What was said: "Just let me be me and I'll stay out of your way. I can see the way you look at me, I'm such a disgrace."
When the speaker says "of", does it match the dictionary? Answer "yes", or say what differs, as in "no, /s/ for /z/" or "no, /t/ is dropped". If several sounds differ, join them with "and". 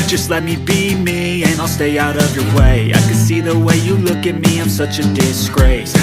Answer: yes